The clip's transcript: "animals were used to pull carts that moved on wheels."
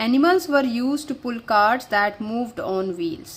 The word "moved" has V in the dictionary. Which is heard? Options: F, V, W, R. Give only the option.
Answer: V